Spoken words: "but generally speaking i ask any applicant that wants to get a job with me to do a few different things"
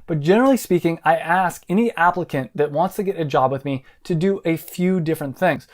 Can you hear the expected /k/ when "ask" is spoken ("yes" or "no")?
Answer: yes